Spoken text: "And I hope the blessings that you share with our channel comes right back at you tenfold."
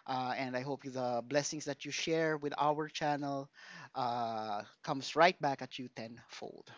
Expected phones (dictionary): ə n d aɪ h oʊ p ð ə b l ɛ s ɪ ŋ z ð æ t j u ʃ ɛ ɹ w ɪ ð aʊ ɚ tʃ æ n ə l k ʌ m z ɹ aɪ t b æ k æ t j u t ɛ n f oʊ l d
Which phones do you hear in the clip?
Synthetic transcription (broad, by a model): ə n d aɪ h oʊ p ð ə b l ɛ s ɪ ŋ s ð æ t j u ʃ ɛ ɹ w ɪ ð aʊ ɚ tʃ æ n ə l k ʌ m s ɹ aɪ t b æ k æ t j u t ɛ n f oʊ l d